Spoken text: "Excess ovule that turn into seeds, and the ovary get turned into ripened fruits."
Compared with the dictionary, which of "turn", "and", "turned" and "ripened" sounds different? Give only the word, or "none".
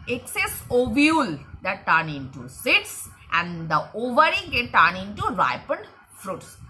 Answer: turned